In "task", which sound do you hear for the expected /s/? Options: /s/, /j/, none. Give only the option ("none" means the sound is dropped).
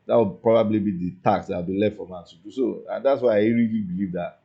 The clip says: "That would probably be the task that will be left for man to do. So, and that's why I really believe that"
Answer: none